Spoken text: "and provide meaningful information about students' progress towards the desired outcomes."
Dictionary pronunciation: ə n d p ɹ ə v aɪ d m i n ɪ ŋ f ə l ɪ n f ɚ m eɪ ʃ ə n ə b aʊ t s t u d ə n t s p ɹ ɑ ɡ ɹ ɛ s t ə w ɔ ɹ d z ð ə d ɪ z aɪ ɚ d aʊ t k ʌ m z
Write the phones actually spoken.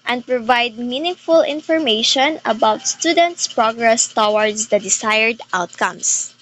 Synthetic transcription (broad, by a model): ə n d p ɹ ə v aɪ d m i n ɪ ŋ f ə l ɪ n f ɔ m eɪ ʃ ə n ə b aʊ t s t u d ə n t s p ɹ ɑ ɡ ɹ ɛ s t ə w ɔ ɹ d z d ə d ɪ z aɪ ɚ d aʊ t k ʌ m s